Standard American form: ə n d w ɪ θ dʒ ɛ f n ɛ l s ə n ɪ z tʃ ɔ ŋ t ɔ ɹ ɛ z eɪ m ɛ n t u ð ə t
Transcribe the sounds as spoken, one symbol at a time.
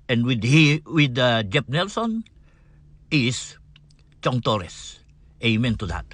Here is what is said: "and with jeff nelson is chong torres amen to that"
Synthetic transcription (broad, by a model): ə n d w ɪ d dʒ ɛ p n ɛ l s ə n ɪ s tʃ ɔ ŋ t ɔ ɹ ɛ s eɪ m ɛ n t u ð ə t